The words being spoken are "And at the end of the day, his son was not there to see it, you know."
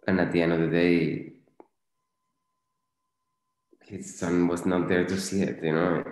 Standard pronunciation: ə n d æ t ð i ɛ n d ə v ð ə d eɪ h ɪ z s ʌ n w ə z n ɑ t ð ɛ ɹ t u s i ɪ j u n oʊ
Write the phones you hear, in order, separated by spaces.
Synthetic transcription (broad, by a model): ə n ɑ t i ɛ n ə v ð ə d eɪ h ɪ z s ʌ n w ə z n ɑ t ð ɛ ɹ t u s i ɪ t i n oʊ